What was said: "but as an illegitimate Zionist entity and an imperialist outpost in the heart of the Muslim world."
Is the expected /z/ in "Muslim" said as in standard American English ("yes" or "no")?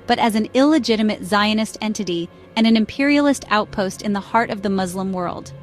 yes